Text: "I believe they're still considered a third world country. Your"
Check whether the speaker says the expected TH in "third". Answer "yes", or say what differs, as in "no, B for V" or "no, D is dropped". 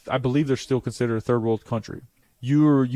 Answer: yes